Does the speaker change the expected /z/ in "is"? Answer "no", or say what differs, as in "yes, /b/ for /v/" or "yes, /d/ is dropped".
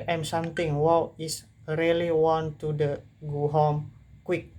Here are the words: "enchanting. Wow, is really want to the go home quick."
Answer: yes, /s/ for /z/